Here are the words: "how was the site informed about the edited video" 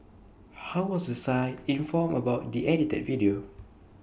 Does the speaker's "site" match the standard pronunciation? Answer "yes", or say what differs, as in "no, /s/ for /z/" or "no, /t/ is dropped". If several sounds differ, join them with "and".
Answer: no, /t/ is dropped